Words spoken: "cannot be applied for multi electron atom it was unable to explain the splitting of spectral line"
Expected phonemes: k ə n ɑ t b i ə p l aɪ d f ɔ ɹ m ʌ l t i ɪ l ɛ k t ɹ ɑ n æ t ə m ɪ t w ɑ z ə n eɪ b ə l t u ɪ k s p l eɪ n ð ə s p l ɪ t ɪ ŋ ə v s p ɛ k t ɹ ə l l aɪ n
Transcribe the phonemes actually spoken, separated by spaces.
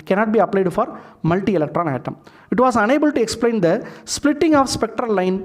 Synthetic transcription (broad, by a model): k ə n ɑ t b i ə p l aɪ d f ɔ ɹ m ʌ l t i ɪ l ɛ k t ɹ ɑ n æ t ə m ɪ t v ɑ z ə n eɪ b ə l t u ɪ k s p l eɪ n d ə s p l ɪ t ɪ ŋ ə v s p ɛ k t ɹ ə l l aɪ n